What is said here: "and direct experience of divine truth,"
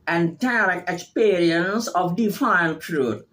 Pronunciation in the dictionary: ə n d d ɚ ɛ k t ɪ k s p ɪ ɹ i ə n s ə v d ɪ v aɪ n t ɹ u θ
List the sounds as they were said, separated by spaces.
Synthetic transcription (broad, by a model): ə n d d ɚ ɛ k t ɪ k s p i ɹ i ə n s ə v d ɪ f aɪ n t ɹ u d